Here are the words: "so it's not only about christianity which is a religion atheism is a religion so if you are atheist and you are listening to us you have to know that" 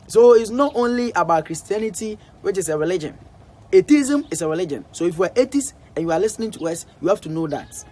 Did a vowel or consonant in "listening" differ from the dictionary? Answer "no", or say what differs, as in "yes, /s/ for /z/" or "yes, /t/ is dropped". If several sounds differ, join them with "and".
no